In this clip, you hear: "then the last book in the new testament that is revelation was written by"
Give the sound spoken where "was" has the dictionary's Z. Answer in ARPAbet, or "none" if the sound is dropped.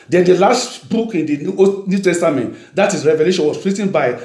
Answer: S